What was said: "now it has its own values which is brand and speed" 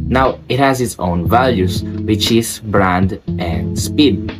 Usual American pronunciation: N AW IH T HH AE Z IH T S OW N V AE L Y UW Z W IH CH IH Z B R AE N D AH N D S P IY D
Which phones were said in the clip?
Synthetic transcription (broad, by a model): N AW IH T HH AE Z IH T S OW N V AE L Y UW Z W IH CH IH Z B R AE N D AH N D S P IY D